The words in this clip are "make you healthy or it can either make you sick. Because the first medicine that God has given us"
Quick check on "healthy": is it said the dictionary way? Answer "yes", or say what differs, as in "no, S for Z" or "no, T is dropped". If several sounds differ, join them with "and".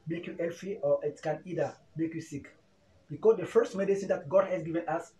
no, F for TH